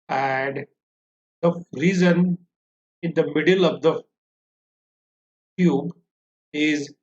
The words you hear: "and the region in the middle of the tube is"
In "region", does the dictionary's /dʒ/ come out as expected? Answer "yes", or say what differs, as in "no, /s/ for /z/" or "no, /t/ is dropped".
no, /z/ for /dʒ/